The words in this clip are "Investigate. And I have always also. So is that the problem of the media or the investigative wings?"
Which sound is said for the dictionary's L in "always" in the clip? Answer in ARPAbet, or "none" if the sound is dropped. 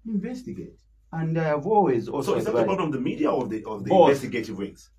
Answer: L